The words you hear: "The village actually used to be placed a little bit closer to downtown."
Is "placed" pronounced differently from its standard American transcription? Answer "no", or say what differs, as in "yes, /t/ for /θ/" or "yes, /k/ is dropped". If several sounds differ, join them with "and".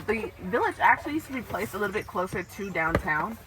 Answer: yes, /t/ is dropped